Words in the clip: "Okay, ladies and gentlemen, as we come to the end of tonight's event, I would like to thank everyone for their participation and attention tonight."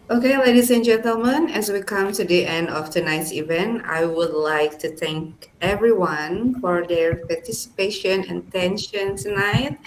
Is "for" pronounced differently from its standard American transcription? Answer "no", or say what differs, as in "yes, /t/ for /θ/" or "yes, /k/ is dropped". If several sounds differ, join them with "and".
no